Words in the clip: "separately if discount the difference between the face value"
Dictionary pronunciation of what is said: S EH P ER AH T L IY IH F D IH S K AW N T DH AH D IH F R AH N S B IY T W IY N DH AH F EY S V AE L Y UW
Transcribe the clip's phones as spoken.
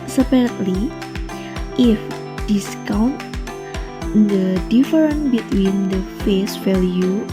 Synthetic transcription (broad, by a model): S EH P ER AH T L IY IH F D IH S K AW N T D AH D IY F R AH N B IY T W IY N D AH F EY S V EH L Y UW